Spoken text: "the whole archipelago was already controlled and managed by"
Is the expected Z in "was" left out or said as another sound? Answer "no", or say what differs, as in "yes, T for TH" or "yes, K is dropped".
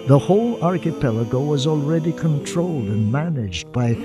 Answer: no